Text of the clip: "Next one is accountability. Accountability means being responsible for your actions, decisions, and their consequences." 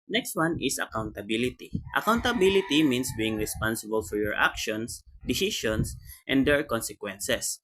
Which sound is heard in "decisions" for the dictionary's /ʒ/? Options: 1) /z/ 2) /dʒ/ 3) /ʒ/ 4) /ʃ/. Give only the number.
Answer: 4